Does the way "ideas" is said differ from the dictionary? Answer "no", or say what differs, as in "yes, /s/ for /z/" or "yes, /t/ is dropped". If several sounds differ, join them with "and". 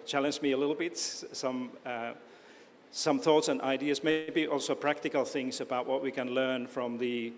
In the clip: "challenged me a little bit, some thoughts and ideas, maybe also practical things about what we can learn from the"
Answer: no